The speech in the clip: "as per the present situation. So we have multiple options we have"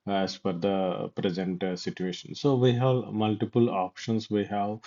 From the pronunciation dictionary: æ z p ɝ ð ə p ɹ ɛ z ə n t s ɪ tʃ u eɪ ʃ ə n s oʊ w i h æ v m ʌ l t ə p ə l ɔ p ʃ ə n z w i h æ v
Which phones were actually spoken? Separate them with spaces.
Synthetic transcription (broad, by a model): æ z f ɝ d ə p ɹ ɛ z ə n t s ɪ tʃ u eɪ ʃ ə n s oʊ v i h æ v m ʌ l t ə p ə l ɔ p ʃ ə n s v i h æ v